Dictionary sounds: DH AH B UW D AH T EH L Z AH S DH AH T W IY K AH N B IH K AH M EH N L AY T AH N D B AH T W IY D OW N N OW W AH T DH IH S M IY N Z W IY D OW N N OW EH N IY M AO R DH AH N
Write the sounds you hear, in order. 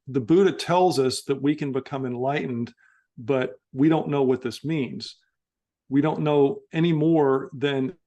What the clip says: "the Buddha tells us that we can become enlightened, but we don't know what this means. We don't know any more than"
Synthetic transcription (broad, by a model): DH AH B UW D AH T EH L Z AH S DH AH T W IY K AH N B IH K AH M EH N L AY T N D B AH T W IY D OW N N OW W AH T DH IH S M IY N Z W IY D OW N N OW EH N IY M AO R DH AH N